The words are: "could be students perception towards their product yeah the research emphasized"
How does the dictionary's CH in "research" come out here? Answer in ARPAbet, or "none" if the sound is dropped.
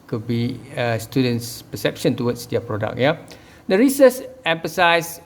S